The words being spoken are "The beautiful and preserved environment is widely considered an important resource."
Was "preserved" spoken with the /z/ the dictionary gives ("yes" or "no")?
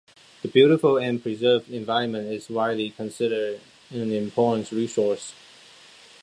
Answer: yes